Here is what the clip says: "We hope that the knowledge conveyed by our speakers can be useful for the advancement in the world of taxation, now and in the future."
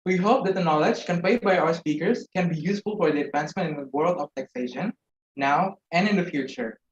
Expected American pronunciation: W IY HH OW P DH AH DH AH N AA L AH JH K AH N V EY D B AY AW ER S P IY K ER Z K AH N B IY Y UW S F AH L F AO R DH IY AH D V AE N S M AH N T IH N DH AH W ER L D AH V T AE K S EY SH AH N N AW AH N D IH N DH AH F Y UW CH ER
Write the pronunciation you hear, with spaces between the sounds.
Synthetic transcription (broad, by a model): W IY HH OW P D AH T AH N AA L AH JH K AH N P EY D B AY AW ER S P IY K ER S K AH N B IY Y UW S F AH L F AO R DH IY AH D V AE N S M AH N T IH N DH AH W ER L D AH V T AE K S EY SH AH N N AW AH N D IH N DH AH F Y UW CH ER